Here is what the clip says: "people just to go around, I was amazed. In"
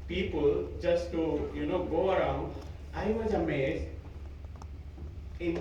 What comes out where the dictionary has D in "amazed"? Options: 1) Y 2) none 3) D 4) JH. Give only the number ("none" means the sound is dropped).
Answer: 2